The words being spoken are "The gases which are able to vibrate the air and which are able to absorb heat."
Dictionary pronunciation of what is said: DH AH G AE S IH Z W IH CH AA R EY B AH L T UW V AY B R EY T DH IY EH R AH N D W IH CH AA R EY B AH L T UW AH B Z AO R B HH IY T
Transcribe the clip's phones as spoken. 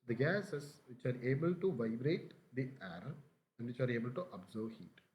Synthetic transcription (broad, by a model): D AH G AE S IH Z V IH CH AA R EY B AH L T UW V AY B R EY T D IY EH R AH N D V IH CH AA R EY B AH L T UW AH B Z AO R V HH IY T